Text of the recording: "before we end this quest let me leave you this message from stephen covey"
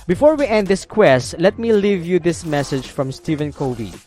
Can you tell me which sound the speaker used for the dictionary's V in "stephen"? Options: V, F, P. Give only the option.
V